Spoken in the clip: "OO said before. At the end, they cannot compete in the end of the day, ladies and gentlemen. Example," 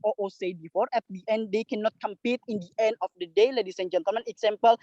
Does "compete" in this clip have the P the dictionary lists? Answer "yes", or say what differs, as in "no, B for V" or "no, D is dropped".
yes